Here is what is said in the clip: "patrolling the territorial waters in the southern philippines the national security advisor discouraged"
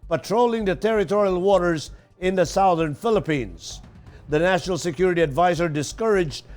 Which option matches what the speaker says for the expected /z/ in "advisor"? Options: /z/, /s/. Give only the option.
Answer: /z/